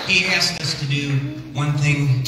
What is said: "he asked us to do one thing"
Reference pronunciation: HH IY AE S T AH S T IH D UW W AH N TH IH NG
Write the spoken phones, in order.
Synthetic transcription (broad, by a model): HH IY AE S AH S T IH D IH W AH N TH IH NG